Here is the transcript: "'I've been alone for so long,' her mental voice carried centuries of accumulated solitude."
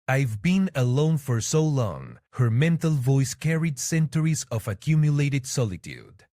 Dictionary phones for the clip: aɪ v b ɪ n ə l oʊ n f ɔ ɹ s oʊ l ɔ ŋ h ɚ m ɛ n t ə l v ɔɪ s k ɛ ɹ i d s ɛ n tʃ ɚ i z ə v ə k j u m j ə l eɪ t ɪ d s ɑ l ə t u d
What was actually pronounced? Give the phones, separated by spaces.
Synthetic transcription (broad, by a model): aɪ v b ɪ n ə l oʊ n f ɔ ɹ s oʊ l ɔ ŋ h ɚ m ɛ n t ə l v ɔɪ s k ɛ ɹ i d s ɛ n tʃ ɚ i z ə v ə k j u m j ə l eɪ t ɪ d s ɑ l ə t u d